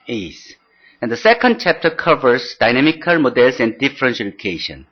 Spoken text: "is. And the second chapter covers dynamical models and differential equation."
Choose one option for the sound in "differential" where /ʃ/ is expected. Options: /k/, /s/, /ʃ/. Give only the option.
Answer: /s/